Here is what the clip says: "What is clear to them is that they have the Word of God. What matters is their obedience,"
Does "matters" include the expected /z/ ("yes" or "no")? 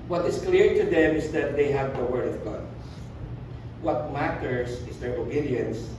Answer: no